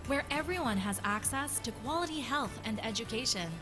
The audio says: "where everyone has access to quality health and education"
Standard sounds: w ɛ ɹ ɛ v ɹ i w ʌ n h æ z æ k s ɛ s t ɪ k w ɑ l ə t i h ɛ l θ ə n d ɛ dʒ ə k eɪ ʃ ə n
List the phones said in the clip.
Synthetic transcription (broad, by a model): w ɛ ɹ ɛ v ɹ i w ʌ n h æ z æ k s ɛ s t ɪ k w ɑ l ə t i h ɛ l θ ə n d ɛ dʒ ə k eɪ ʃ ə n